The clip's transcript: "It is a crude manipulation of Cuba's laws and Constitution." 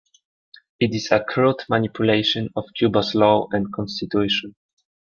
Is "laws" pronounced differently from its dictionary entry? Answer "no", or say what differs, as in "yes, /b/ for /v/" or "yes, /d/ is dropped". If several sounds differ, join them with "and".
yes, /z/ is dropped